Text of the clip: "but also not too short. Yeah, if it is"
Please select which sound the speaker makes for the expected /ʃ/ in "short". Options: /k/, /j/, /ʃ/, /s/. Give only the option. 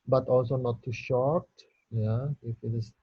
/ʃ/